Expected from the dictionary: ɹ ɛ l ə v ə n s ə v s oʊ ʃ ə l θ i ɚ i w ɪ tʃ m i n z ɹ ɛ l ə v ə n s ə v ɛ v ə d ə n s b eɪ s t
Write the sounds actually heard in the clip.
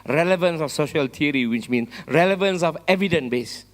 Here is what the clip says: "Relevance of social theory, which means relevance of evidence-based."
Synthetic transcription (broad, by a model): ɹ ɛ l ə v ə n s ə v s oʊ ʃ ə l t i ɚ i w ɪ tʃ m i n s ɹ ɛ l ə v ə n s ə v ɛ v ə d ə n b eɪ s